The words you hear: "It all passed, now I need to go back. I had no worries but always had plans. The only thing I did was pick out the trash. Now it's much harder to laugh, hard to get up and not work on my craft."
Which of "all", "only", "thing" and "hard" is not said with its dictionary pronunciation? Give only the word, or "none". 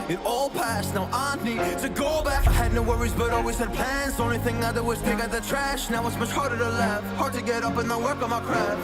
only